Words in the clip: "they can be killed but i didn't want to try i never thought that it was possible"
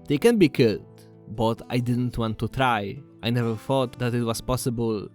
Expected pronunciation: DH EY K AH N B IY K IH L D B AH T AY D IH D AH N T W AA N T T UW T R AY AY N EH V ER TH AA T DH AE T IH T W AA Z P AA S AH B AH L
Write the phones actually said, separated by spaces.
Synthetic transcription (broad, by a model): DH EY K AH N B IY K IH D B AH T AY D IH D AH N T W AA N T T UW T R AY AY N EH V ER TH AA T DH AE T IH T W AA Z P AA S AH B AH L